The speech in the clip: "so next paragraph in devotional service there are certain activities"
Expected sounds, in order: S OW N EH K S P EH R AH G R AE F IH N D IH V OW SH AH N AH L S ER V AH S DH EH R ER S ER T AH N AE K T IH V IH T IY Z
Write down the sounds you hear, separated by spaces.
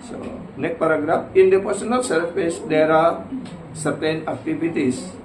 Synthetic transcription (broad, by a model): S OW N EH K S P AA R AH G R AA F IH N D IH P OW S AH N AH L S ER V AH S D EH R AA S ER T AH N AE K T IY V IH T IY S